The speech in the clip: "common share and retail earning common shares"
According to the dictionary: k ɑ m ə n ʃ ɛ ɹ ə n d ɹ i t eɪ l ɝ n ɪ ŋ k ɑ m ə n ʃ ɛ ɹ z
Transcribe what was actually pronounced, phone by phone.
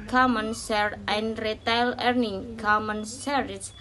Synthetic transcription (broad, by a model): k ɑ m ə n s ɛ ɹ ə n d ɹ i t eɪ l ɝ n ɪ ŋ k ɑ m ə n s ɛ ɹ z